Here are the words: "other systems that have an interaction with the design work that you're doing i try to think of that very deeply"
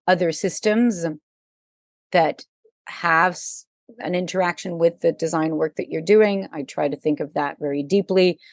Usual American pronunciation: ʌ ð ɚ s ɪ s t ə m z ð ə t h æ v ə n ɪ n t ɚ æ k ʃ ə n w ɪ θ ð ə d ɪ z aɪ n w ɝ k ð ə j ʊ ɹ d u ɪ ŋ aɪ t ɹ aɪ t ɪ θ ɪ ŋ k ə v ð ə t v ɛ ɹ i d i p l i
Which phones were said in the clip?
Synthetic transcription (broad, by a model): ʌ ð ɚ s ɪ s t ə m z ð ə t h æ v ə n ɪ n t ɚ æ k ʃ ə n w ɪ ð ə d ɪ z aɪ n w ɝ k ð ə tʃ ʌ ɹ d u ɪ ŋ aɪ t ɹ aɪ t ɪ θ ɪ ŋ k ə v ð ə t v ɛ ɹ i d i p l i